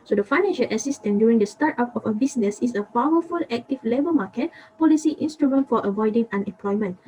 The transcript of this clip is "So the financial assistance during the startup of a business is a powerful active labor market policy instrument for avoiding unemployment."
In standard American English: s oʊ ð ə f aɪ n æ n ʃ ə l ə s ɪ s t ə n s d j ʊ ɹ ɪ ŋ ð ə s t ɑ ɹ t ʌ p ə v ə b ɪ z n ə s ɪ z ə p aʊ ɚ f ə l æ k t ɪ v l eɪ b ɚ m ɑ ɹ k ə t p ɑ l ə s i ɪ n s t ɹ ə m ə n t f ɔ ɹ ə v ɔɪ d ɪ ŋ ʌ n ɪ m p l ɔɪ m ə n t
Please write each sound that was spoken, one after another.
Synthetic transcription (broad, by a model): s oʊ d ə f aɪ n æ n ʃ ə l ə s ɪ s t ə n d j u ɹ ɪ ŋ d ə s t ɑ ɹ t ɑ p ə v ə b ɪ s n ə s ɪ s ə p aʊ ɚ f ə l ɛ k t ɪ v l eɪ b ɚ m ɑ k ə t p ɑ l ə s i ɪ n s t ɹ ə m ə n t f ɔ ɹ ə v ɔɪ d ɪ ŋ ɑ n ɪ m p l ɔɪ m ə n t